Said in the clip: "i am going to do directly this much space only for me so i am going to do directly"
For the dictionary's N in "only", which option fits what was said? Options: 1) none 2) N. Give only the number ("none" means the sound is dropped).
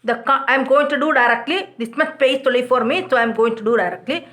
1